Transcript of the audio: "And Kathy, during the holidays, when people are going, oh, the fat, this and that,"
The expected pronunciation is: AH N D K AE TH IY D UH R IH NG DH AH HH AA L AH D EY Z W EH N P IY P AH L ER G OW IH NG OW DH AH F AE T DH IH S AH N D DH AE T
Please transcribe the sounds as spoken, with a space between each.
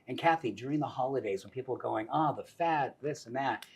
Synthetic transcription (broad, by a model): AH N K AE TH IY D UH R IH NG DH AH HH AA L AH D EY Z W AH N P IY P L ER G OW IH NG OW DH AH F AE T DH IH S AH N DH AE T